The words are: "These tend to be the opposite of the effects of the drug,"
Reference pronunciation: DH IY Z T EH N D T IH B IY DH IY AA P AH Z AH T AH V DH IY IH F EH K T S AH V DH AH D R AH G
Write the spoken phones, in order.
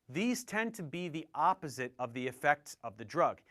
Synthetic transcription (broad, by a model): DH IY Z T EH N T IH B IY DH IY AA P AH Z AH T AH V DH IY IH F EH K T S AH V DH AH D R AH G